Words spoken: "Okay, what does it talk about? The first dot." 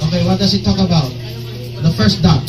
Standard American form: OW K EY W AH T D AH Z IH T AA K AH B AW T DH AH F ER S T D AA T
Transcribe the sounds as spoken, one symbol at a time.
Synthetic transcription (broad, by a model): OW K EY W AH T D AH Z IH T AA K AH B AW T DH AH F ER S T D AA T